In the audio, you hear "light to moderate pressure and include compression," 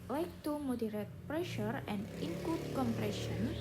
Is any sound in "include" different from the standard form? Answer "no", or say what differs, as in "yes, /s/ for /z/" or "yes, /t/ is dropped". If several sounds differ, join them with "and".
yes, /l/ is dropped